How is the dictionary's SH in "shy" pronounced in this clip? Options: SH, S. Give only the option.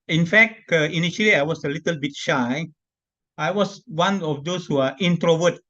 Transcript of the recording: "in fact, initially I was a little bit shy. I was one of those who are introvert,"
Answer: SH